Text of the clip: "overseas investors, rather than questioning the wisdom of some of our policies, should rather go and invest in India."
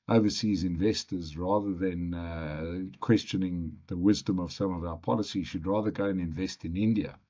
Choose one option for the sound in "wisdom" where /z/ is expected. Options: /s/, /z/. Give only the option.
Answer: /z/